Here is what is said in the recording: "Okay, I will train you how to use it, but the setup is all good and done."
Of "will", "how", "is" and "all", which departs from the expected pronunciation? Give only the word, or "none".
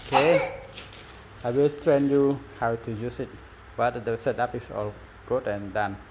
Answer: is